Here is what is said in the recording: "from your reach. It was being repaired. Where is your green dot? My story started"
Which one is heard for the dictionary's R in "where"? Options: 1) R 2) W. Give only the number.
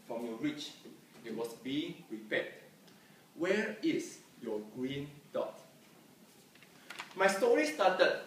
1